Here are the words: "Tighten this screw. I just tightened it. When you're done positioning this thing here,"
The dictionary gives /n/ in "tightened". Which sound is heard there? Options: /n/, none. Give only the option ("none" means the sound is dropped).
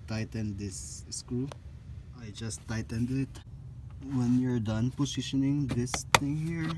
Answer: /n/